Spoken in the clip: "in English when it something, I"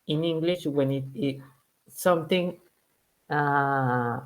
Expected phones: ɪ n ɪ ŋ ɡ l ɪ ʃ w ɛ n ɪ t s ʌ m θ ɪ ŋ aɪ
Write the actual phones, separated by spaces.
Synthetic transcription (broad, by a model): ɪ n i ŋ ɡ l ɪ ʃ w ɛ n ɪ t s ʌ m t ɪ ŋ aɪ